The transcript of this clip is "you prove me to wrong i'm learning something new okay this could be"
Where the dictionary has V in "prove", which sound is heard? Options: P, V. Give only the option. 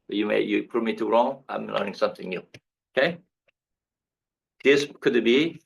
P